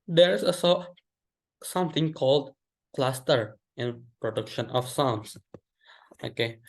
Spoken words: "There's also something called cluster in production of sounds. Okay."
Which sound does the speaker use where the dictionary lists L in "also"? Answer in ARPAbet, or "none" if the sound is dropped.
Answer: none